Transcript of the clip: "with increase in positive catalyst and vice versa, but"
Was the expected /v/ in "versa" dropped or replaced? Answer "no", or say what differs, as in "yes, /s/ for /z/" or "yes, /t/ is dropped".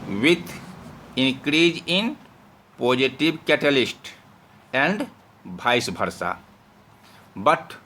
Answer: yes, /b/ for /v/